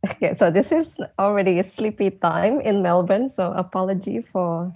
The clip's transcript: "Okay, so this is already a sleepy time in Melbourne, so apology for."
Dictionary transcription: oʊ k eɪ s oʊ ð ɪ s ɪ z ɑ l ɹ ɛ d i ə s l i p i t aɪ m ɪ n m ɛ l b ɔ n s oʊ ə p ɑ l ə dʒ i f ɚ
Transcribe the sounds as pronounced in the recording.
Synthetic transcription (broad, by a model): oʊ k eɪ s oʊ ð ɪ s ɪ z ɑ l ɹ ɛ d i s l i p i t aɪ m ɪ n m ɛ l b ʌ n s oʊ ə p ɑ l ə dʒ i f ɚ